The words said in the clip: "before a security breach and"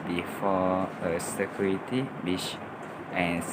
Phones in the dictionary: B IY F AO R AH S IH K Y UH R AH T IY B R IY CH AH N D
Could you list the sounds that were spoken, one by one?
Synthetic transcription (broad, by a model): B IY F AO AH S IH K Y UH R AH T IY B IY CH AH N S